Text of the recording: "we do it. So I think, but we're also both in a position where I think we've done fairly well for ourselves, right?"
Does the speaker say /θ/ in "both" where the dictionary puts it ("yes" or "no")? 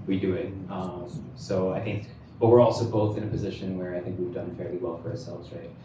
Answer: yes